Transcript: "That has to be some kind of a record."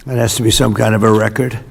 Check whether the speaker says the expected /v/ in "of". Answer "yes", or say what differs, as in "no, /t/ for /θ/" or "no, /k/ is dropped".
yes